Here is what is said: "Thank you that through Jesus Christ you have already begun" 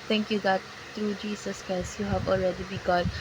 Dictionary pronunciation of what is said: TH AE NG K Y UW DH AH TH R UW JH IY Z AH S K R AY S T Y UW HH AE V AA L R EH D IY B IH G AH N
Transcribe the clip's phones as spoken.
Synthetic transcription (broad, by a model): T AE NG K Y UW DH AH T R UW JH IY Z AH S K AY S Y UW HH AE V AA L R EH D IY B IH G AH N